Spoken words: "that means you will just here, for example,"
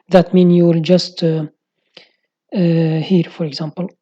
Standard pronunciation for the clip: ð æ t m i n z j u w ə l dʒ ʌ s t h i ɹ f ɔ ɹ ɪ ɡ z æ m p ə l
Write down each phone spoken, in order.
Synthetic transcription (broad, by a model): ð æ t m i n j u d dʒ ʌ s t h i ɹ f ɔ ɹ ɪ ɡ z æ m p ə l